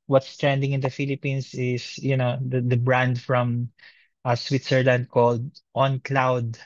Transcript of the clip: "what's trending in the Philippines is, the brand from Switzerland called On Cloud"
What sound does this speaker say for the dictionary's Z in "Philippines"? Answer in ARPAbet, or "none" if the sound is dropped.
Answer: S